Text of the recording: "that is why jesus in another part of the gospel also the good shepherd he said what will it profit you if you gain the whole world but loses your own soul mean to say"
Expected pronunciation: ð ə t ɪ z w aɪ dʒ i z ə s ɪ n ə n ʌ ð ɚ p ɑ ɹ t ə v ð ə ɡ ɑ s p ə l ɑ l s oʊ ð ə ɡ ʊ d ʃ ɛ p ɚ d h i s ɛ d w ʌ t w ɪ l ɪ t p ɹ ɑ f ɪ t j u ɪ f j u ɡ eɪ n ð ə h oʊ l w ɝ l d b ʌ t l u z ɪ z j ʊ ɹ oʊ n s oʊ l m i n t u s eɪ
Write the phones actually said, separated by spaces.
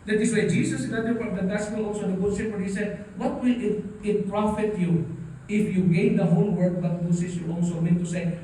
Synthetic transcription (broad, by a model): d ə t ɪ s w aɪ dʒ i s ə s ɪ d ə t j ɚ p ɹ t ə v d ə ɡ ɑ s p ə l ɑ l s oʊ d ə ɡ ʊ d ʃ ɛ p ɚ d h i s ɛ d w ʌ t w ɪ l ɪ t p ɹ ɑ f ɪ t j u ɪ f j u ɡ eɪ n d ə h oʊ l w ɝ d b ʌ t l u s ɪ s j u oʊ l s oʊ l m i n t u s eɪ